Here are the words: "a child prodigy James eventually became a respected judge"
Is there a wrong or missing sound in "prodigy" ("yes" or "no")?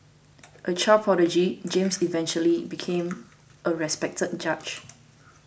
yes